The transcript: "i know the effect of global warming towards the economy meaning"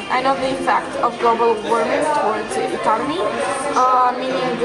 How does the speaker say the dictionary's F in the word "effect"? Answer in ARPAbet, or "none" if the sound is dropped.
P